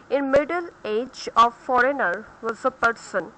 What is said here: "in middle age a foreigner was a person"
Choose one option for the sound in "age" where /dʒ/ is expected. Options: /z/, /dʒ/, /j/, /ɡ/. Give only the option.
/dʒ/